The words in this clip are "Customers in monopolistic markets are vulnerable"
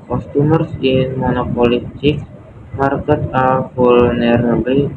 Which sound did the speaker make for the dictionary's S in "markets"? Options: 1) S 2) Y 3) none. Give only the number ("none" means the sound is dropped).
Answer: 3